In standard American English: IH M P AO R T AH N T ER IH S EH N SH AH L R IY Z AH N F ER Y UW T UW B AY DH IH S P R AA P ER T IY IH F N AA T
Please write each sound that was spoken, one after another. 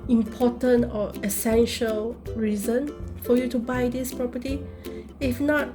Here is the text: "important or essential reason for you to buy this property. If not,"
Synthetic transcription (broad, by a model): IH M P AO T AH N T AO IH S EH N SH AH L R IY Z AH N F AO Y UW T UW B AY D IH S P R AA P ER T IY IH F N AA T